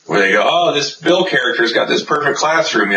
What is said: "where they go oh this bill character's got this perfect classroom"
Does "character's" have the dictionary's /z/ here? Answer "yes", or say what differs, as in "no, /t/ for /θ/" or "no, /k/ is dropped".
yes